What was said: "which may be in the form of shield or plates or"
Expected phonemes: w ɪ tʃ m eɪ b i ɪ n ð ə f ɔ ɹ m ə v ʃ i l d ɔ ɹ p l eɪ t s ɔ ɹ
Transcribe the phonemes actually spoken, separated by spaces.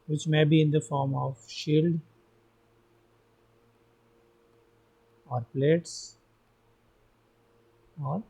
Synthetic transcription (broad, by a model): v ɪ tʃ m eɪ b i ɪ n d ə f ɔ ɹ m ə v ʃ i l d ɔ ɹ p l eɪ t s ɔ ɹ